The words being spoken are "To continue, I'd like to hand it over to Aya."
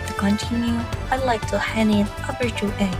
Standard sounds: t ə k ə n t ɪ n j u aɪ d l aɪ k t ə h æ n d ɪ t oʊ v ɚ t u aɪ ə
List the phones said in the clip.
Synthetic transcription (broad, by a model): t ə k ə n t ɪ n j u aɪ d l aɪ k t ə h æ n ɪ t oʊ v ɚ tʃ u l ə